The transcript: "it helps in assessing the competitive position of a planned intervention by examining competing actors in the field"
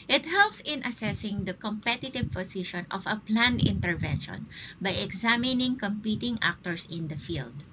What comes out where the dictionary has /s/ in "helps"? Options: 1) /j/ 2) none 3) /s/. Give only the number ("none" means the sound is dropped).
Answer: 3